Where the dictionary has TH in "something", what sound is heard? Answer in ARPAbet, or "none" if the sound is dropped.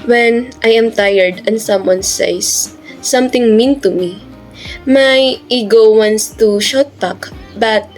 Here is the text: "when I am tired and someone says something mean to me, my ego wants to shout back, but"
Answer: T